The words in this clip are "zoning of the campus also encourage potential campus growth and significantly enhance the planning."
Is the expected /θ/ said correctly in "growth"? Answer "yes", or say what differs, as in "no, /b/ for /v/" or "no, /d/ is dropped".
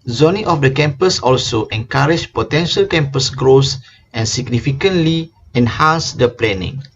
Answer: no, /s/ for /θ/